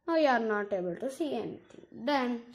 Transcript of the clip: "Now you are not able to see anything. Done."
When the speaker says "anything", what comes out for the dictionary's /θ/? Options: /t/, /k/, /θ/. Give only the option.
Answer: /t/